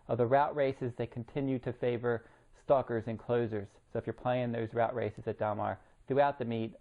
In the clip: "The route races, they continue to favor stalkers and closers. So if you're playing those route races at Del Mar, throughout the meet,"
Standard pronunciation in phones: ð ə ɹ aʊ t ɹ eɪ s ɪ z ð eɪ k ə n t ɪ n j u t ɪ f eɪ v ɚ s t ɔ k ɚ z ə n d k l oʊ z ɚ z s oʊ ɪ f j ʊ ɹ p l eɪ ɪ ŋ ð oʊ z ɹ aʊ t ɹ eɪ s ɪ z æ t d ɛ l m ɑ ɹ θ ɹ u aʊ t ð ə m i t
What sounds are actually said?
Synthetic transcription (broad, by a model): ð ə ɹ aʊ t ɹ eɪ s ɪ z ð eɪ k n t ɪ n j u t ɪ f eɪ v ɚ s t ɔ k ɚ z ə n k l oʊ z ɚ z s oʊ ɪ f j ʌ ɹ p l eɪ ɪ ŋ ð oʊ z ɹ aʊ t ɹ eɪ s ɪ z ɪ t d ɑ m ɑ ɹ θ ɹ u aʊ t ð ə m i t